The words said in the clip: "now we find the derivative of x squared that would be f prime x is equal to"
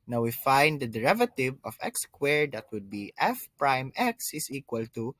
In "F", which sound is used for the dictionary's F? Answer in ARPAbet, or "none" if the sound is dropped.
F